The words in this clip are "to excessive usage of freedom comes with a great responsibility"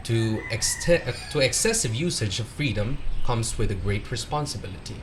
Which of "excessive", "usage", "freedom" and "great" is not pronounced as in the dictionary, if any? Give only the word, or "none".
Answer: none